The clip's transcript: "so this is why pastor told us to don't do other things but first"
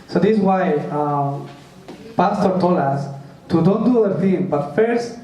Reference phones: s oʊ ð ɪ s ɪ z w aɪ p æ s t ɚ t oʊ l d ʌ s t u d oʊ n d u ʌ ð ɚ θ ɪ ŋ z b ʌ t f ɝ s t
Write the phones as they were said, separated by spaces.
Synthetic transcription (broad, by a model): s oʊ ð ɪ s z w aɪ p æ s t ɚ t oʊ l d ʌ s t u d oʊ n d u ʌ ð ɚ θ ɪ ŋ b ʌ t f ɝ s t